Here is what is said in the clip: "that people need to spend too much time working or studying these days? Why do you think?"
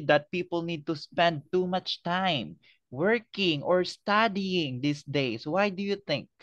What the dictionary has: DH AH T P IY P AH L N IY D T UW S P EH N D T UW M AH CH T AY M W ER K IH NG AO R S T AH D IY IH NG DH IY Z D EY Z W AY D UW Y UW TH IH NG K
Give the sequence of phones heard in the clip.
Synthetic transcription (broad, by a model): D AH T P IY P AH L N IY D T UW S P EH N D T UW M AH CH T AY M W ER K IH NG AO R S T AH D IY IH NG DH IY S D EY S W AY D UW Y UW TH IH NG K